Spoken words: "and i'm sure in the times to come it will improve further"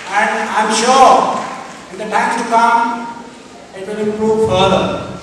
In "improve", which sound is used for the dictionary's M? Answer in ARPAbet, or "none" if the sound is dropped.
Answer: none